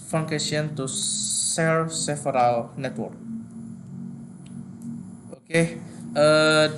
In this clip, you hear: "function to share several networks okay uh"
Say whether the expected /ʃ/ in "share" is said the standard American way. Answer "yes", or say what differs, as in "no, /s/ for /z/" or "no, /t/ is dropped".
no, /s/ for /ʃ/